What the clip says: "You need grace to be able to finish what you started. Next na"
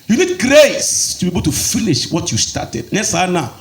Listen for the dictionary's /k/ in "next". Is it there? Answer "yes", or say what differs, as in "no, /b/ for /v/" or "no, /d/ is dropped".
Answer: no, /k/ is dropped